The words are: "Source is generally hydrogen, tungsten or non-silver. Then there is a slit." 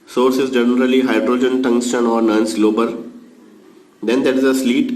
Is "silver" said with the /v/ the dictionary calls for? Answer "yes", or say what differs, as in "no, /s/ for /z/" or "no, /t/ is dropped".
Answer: no, /b/ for /v/